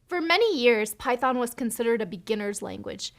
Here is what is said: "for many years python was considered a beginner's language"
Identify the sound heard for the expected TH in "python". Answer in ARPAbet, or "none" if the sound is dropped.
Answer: TH